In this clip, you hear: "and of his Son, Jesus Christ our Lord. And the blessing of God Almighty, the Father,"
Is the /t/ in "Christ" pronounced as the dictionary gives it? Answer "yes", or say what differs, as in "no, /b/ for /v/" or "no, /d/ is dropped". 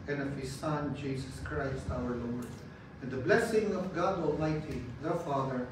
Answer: yes